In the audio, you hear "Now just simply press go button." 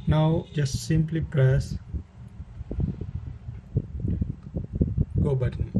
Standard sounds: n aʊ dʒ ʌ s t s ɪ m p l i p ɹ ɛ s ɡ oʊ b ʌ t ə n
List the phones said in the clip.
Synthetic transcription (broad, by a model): n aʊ dʒ ʌ s t s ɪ m p l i p ɹ ɛ s ɡ oʊ b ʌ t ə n